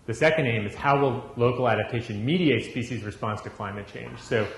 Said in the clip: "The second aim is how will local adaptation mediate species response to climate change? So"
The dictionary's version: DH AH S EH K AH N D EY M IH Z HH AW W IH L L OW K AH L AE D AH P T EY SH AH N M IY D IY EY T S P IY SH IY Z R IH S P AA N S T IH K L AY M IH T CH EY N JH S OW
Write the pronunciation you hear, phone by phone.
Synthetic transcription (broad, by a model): DH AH S EH K AH N D EY M IH Z HH AW W IH L L OW K L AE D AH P T EY SH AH N M IY D IY EY T S P IY SH IY Z R IH S P AA N S T IH K L AY M IH T CH EY N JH S OW